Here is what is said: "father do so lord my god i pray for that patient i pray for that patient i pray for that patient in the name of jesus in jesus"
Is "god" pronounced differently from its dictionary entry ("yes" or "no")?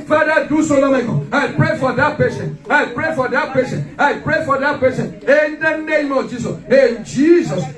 yes